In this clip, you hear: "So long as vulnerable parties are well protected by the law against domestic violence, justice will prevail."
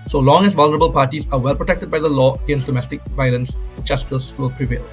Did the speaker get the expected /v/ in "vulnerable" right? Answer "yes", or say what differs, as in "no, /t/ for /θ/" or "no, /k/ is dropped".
yes